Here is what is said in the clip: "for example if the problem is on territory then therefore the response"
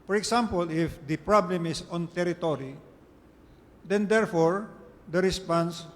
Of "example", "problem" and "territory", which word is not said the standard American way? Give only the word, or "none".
example